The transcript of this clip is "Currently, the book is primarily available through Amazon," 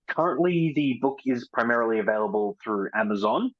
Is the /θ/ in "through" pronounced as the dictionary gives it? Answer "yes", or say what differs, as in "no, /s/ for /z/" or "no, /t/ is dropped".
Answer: yes